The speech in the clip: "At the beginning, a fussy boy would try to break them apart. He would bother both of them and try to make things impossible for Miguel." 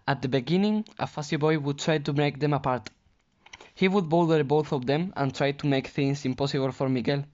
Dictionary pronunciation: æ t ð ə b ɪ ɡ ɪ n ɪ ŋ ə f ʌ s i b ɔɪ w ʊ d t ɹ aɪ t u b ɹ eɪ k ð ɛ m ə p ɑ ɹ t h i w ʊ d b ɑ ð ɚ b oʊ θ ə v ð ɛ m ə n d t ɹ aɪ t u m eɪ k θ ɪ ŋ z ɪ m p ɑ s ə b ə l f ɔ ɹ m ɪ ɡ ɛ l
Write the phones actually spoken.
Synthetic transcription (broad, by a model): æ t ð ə b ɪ ɡ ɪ n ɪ ŋ ə f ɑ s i b ɔɪ w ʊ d t ɹ aɪ t u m eɪ k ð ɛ m ə p ɑ ɹ t h i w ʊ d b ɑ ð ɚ b oʊ θ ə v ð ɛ m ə n t ɹ aɪ t u m eɪ k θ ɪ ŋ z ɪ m p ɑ s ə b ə l f ɔ ɹ m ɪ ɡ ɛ l